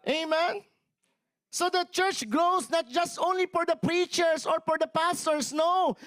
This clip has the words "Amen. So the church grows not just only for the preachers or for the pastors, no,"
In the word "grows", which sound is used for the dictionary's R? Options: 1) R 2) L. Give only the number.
2